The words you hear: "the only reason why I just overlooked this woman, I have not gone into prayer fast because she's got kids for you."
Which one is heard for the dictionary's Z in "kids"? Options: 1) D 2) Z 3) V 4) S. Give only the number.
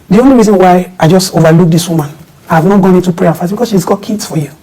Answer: 4